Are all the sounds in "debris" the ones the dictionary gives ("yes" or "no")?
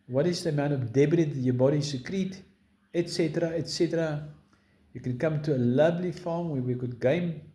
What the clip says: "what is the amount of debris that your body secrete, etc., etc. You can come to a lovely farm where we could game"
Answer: no